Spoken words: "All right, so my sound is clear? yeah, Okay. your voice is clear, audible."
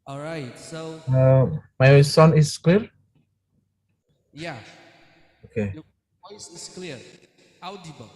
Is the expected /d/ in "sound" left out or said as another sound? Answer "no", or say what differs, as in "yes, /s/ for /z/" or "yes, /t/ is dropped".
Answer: yes, /d/ is dropped